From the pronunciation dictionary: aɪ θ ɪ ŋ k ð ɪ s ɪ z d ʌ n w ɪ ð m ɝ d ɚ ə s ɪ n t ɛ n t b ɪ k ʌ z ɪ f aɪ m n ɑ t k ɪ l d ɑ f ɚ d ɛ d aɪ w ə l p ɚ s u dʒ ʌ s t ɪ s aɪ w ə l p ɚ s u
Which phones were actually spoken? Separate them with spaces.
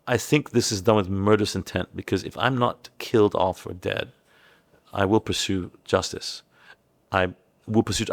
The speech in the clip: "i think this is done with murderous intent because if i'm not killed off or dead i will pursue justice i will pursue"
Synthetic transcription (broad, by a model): aɪ θ ɪ ŋ k ð ɪ s ɪ z d ʌ n w ɪ ð m ɝ d ɚ ə s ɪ n t ɛ n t b ɪ k ʌ z ɪ f aɪ m n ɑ t k ɪ l d ɑ f ɚ d ɛ d aɪ w ə l p ɚ s u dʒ ʌ s t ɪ s aɪ w ə l p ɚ s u